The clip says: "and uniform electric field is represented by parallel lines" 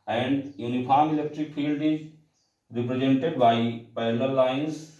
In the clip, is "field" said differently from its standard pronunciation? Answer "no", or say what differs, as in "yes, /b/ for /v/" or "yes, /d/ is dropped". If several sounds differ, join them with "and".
no